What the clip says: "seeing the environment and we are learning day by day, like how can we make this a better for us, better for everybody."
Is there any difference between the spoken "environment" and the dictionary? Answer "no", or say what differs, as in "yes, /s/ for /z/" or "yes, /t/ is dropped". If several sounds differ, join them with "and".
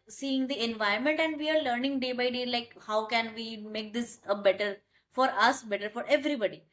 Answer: yes, /ɹ/ is dropped